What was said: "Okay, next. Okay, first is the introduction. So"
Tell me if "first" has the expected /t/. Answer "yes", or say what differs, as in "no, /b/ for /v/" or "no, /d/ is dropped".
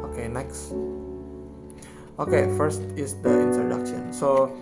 yes